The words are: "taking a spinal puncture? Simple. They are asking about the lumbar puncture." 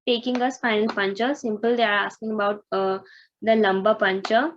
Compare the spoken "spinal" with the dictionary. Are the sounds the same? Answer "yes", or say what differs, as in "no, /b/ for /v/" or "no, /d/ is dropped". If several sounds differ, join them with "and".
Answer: no, /f/ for /p/